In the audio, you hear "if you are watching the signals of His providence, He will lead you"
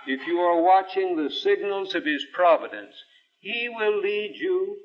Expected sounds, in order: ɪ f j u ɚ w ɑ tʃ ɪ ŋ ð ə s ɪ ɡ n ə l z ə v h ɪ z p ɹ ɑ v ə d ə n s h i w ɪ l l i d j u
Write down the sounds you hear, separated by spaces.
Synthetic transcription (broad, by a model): ɪ f j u ɚ w ɑ tʃ ɪ ŋ ð ə s ɪ ɡ n ə l z ə v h ɪ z p ɹ ɑ v ə d ə n s h i w ɪ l l i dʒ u